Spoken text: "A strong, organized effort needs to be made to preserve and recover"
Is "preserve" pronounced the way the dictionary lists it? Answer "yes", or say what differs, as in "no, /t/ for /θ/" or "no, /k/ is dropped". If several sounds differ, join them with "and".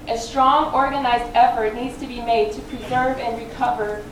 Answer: yes